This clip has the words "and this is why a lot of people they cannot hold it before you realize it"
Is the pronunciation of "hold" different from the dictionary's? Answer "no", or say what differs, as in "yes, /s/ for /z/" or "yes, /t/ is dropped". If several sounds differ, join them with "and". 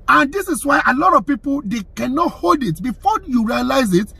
no